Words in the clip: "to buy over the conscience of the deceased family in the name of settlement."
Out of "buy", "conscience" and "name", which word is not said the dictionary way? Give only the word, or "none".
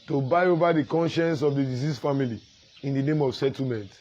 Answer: none